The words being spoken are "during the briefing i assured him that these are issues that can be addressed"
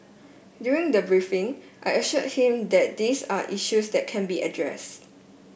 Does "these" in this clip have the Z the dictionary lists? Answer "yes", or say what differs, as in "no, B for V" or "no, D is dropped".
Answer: no, S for Z